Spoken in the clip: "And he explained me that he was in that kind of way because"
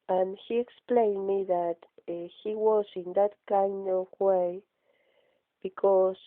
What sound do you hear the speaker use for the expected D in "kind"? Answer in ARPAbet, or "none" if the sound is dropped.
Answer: none